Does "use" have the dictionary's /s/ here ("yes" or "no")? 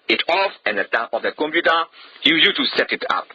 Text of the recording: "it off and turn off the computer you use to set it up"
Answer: no